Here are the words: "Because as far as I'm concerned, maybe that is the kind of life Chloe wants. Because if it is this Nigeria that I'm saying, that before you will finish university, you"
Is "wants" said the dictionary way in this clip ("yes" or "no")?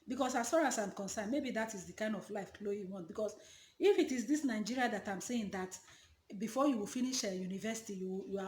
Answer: no